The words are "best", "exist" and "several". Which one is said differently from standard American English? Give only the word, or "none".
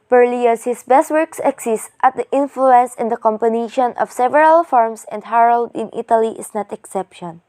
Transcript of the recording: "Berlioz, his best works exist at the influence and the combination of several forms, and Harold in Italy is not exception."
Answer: exist